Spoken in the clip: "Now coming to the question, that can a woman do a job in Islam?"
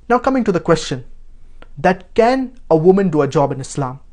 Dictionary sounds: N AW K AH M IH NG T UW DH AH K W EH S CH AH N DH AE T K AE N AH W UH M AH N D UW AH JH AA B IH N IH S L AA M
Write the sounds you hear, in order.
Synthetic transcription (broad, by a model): N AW K AH M IH NG T UW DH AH K W EH S CH AH N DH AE T K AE N AH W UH M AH N D UW AH JH AA B IH N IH S L AA M